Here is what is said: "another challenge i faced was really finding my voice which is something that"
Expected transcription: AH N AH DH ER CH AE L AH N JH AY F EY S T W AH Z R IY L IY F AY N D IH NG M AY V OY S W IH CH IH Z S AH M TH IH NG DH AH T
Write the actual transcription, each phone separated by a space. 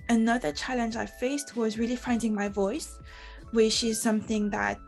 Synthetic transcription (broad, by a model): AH N AH DH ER CH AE L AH N JH AY F EY S T W AH Z R IY L IY F AY N D IH NG M AY V OY S W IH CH IH Z S AH M TH IH NG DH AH T